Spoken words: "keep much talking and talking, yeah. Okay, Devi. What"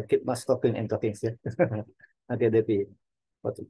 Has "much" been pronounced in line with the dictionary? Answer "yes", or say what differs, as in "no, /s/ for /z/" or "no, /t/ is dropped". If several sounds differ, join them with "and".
no, /s/ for /tʃ/